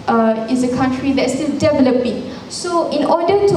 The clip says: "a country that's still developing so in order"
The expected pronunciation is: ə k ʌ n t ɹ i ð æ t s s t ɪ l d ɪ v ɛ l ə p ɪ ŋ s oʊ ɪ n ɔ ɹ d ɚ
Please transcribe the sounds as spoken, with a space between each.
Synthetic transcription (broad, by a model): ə k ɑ n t ɹ i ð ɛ t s s t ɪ l d ɪ v ɛ l ə p ɪ ŋ s oʊ ɪ n ɔ d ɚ